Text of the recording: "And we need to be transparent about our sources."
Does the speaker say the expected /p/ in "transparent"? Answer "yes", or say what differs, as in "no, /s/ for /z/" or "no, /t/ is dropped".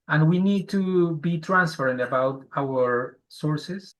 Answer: no, /f/ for /p/